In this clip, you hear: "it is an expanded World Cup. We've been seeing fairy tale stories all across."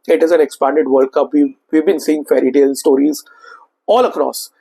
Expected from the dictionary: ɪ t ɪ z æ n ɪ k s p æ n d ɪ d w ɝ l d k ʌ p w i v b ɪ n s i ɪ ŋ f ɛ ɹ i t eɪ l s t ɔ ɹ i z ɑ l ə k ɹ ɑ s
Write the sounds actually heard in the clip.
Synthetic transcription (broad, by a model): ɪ t ɪ z æ n ɪ k s p æ n d ɪ d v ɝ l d k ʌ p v i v b ɪ n s i ɪ ŋ f ɛ ɹ i t eɪ l s t ɔ ɹ i z ɑ l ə k ɹ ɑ s